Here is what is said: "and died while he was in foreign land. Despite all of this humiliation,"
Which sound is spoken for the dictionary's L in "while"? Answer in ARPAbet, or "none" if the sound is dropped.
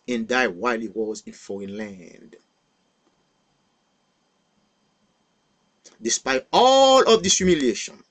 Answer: L